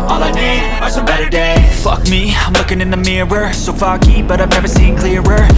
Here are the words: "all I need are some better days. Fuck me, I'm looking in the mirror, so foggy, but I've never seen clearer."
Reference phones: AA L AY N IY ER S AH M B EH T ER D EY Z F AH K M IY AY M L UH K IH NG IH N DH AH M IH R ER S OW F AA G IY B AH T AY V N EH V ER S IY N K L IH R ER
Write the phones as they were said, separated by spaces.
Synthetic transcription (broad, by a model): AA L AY N IY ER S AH B EH T ER D EY F AH K M IY AY M L UH K IH NG IH N DH AH M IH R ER S OW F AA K IY B AH T AY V N EH V ER S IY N K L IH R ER